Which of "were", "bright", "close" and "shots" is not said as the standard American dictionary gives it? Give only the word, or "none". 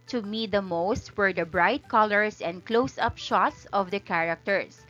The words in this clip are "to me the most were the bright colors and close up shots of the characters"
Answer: none